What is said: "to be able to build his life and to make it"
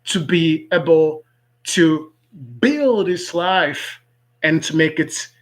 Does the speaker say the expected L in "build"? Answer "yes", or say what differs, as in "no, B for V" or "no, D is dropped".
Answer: yes